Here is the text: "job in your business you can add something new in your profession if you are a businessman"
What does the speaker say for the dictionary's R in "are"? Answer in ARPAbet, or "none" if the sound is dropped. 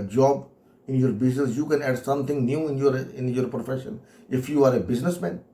R